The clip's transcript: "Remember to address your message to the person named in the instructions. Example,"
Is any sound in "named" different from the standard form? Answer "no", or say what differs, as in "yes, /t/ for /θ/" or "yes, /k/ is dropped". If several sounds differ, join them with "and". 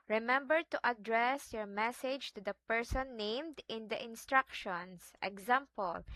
no